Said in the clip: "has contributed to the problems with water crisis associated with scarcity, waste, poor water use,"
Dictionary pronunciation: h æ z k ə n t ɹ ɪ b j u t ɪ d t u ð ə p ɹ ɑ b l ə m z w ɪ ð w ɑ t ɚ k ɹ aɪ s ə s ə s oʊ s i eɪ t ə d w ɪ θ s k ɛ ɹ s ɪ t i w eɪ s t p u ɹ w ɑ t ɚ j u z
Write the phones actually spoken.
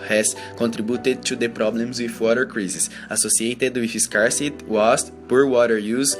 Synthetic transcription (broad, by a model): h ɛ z k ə n t ɹ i b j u t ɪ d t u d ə p ɹ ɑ b l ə m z w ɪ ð w ɑ t ɚ k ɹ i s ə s ə s oʊ s i eɪ t ə d w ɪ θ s k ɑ ɹ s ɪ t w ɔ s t p u ɹ w ɑ t ɚ j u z